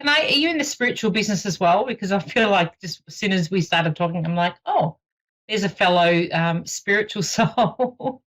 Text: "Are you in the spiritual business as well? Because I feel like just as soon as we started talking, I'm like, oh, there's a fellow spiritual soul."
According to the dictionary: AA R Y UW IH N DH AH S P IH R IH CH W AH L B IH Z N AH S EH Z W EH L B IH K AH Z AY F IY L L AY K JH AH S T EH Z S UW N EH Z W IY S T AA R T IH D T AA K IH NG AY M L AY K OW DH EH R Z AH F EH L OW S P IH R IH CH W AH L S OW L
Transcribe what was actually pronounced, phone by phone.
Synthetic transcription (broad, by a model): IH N Y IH IH N DH AH S P IH R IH CH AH L B IH Z N AH S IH Z W EH L B IH K AH Z AY F IY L L AY K JH AH S T S UW N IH Z W IY S T AA R T IH D T AA K IH NG AY M L AY K OW DH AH R Z AH F EH L OW S P IH R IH CH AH L S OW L